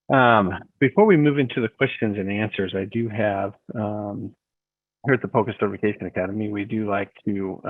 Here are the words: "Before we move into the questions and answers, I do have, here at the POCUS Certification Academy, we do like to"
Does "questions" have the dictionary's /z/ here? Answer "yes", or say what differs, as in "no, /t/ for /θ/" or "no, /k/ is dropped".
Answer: yes